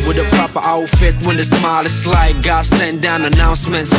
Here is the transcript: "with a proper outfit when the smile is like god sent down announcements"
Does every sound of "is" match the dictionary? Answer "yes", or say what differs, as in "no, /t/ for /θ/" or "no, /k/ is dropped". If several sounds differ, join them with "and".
no, /s/ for /z/